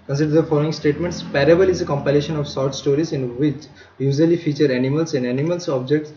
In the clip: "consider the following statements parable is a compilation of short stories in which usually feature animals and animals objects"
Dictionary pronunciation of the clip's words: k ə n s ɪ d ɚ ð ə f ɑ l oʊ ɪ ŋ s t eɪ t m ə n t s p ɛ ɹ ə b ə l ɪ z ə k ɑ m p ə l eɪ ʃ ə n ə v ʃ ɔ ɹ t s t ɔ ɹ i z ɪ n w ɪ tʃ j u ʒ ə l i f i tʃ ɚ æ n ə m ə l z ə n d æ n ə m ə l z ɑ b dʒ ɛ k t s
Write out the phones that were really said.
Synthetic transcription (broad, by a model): k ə n s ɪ d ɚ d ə f ɑ l oʊ ɪ ŋ s t eɪ t m ə n t s p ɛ ɹ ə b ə l ɪ z ə k ɑ m p ə l eɪ ʃ ə n ə v s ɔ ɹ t s t ɔ ɹ i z ɪ n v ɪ tʃ j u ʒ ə l i f i tʃ ɚ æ n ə m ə l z ə n d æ n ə m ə l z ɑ b dʒ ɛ k t s